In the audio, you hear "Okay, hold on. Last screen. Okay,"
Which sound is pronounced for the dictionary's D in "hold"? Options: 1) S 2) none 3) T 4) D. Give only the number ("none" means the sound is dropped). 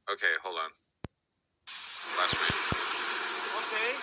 2